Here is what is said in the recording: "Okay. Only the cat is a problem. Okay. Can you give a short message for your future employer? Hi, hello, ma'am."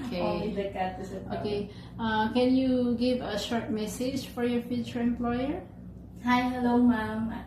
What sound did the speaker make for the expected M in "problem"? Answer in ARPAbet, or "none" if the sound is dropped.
none